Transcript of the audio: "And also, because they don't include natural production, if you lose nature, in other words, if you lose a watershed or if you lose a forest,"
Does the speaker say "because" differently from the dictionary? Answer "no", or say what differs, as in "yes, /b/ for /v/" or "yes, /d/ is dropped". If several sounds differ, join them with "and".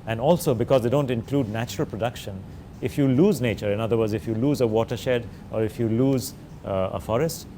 no